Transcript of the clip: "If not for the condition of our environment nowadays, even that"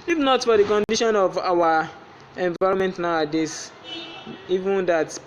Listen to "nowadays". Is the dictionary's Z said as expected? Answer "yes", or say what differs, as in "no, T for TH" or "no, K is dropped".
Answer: no, S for Z